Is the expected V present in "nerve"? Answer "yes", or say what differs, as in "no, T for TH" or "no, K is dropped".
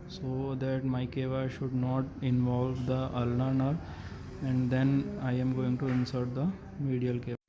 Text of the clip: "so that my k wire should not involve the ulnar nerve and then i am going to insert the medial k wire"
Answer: no, V is dropped